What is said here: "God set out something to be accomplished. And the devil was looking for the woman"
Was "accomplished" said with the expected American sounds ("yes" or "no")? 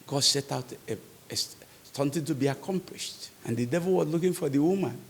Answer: yes